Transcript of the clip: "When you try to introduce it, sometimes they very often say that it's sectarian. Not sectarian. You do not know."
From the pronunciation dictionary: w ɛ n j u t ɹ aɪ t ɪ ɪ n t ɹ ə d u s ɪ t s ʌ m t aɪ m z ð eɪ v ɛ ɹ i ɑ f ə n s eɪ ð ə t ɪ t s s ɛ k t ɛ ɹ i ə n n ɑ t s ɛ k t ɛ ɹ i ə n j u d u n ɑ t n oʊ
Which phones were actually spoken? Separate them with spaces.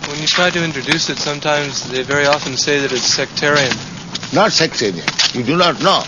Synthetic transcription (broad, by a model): w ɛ n j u t ɹ aɪ t ɪ ɪ n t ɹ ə d u s ɪ t s ʌ m t aɪ m z ð eɪ v ɛ ɹ i ɑ f ə n s eɪ ð ə t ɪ t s s ɛ k t ɛ ɹ i ə n n ɑ t s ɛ k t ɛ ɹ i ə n j u d u n ɑ t n oʊ